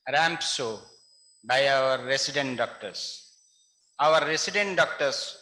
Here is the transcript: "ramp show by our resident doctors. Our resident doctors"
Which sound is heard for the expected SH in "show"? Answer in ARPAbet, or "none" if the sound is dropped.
S